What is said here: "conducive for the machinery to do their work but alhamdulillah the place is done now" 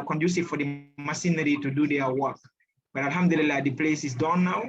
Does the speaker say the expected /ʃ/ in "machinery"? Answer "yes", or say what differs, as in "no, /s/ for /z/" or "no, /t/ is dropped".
no, /s/ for /ʃ/